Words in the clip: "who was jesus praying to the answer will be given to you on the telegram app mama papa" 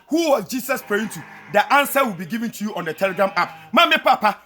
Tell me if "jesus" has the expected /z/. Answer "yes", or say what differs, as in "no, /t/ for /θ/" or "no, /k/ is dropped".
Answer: no, /s/ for /z/